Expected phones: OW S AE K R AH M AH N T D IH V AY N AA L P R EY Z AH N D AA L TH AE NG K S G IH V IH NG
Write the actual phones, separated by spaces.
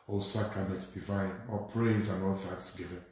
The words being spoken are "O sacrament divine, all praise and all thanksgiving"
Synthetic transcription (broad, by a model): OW S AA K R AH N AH T D IH V AY N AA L P R EY Z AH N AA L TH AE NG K S G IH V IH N